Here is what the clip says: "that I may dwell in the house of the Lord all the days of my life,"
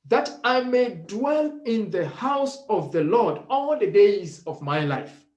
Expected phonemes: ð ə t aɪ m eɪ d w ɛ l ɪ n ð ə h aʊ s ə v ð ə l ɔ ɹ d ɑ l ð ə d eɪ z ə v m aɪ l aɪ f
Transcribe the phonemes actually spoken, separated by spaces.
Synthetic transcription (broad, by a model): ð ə t aɪ m eɪ d w ɛ l ɪ n ð ə h aʊ s ə v ð ə l ɔ ɹ d ɑ l ð ə d eɪ z ə v m aɪ l aɪ f